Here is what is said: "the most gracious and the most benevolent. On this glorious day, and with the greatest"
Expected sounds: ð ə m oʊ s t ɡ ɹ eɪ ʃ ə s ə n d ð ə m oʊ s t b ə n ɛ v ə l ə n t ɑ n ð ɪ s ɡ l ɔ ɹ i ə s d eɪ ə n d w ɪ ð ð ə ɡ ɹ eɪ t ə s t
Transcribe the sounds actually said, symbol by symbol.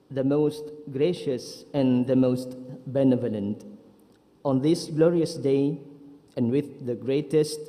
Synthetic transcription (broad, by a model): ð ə m oʊ s t ɡ ɹ eɪ ʃ ə s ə n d ð ə m oʊ s t b ə n ɛ v ə l ə n t ɑ n ð ɪ s ɡ l ɔ ɹ i ə s d eɪ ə n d w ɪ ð ð ə ɡ ɹ eɪ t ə s t